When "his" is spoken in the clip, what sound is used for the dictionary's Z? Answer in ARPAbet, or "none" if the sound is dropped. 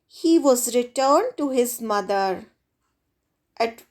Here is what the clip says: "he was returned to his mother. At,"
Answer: Z